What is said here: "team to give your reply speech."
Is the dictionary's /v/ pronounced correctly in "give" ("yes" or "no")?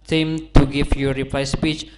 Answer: no